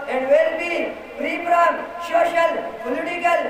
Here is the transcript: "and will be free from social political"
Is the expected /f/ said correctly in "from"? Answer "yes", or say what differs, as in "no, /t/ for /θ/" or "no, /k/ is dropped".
no, /p/ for /f/